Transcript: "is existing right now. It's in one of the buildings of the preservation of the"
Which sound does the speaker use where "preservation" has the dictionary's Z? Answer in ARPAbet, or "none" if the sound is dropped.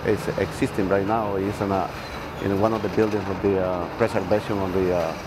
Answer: S